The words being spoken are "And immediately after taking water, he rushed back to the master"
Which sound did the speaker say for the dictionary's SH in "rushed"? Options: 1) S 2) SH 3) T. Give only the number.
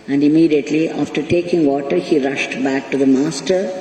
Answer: 2